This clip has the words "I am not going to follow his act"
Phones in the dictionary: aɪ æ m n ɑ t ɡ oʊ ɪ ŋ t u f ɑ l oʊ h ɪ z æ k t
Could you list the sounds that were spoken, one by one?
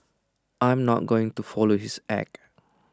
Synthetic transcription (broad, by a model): aɪ m n ɑ t ɡ oʊ ɪ ŋ t u f ɑ l oʊ h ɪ s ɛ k